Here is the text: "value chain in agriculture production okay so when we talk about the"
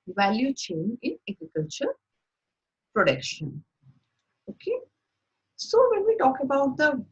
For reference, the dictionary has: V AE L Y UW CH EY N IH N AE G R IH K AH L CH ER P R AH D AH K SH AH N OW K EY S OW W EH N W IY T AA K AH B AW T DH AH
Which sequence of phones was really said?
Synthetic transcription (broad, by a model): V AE L Y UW CH EY N IH N AE G R IH K AH L CH ER P R AH D AH K SH AH N OW K EY S OW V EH N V IY T AA K AH B AW T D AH